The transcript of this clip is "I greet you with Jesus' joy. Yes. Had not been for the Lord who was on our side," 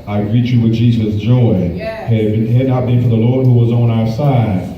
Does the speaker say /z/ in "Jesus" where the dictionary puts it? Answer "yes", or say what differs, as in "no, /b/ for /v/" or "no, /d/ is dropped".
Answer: yes